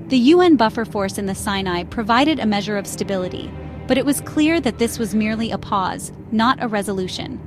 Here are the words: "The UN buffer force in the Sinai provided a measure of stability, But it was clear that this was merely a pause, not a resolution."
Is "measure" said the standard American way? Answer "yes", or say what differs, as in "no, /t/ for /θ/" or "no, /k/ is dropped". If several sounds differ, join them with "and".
yes